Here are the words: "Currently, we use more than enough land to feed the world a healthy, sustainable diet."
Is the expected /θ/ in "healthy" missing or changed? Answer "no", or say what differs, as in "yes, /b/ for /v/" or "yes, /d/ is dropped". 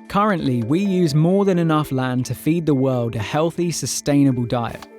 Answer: no